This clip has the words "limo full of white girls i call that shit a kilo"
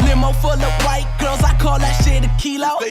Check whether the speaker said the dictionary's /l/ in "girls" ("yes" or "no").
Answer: no